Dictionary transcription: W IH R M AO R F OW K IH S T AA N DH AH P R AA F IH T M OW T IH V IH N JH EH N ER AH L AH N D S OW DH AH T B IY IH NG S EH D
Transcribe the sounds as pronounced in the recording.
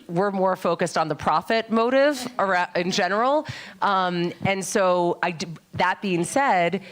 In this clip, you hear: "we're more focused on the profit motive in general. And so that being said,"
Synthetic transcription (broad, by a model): W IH R M AO R F OW K IH S T N DH AH P R AA F IH T M OW T IH V IH N JH EH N ER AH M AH N S OW DH AH T B IY IH NG S EH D